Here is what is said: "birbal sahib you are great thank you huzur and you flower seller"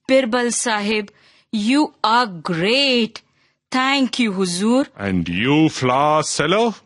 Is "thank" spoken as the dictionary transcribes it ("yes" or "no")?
no